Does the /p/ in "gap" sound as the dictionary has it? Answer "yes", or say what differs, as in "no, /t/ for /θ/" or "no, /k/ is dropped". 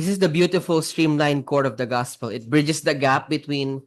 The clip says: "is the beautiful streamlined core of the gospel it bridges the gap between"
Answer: yes